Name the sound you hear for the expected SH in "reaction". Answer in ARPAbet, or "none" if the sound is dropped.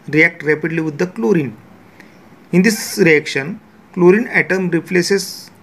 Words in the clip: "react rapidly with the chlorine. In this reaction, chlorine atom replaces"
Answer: SH